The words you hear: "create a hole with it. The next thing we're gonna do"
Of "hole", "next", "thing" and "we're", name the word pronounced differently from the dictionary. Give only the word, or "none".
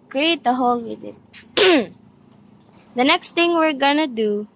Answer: thing